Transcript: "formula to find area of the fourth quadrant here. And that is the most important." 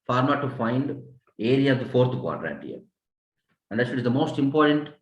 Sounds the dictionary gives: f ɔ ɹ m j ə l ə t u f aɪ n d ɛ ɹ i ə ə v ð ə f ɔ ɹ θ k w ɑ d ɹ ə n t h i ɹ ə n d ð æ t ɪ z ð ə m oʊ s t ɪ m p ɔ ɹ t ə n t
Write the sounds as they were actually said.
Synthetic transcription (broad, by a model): f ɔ ɹ m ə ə t u f aɪ n d ɛ ɹ i ə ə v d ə f ɔ ɹ t k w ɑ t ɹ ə t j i ɹ ə n d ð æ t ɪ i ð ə m oʊ s t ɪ m p ɔ ɹ t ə n t